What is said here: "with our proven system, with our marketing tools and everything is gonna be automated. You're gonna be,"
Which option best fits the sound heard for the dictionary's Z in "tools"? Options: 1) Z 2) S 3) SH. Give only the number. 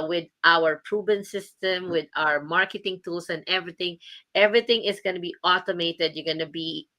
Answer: 2